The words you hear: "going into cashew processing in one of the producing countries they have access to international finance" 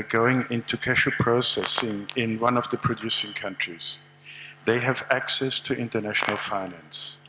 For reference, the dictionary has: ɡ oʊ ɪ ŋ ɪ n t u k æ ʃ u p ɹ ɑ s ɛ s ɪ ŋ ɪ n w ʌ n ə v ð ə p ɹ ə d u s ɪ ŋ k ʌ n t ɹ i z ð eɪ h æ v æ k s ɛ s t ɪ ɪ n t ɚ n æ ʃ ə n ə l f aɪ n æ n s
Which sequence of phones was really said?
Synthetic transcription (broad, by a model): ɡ oʊ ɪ ŋ ɪ n t u k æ ʃ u p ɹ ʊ s ɛ s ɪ ŋ ɪ n w ʌ n ə v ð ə p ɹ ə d u s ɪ ŋ k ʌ n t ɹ i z ð eɪ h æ v æ k s ɛ s t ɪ ɪ n t ɚ n æ ʃ ə n ə l f aɪ n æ n s